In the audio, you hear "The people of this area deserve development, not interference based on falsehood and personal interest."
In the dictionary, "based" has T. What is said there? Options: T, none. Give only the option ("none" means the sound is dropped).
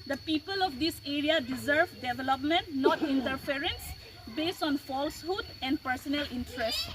T